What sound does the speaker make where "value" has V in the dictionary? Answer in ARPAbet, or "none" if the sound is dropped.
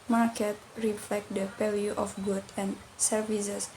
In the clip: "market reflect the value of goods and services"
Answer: P